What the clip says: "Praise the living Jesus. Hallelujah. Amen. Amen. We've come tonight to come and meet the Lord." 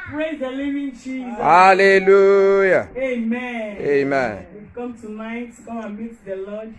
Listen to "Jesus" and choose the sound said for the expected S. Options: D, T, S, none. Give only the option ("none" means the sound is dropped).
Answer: none